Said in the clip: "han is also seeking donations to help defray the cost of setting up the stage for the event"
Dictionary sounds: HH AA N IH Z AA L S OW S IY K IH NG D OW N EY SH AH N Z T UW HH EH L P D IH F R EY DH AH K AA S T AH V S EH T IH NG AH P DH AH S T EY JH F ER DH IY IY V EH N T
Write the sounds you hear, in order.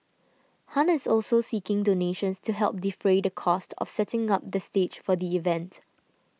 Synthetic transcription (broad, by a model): HH AA N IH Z AA L S OW S IY K IH NG D OW N EY SH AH N S T UW HH EH L P D IH F R EY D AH K AA S T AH F S EH T IH NG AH P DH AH S T EY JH F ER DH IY IY V EH N T